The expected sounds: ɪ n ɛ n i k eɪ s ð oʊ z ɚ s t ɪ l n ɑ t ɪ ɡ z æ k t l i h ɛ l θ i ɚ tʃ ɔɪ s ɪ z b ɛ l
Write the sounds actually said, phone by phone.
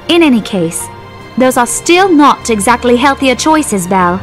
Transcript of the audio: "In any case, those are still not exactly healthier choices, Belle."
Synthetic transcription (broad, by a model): ɪ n ɛ n i k eɪ s ð oʊ z ɚ s t ɪ l n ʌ t ɪ ɡ z æ k t l i h ɛ l θ i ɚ tʃ ɔɪ s ɪ z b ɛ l